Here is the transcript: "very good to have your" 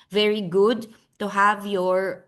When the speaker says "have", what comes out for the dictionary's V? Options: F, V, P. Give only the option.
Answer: V